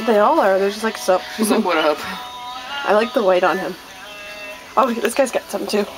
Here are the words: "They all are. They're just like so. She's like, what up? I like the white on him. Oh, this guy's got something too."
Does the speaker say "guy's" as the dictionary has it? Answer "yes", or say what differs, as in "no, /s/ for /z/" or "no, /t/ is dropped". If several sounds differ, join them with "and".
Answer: yes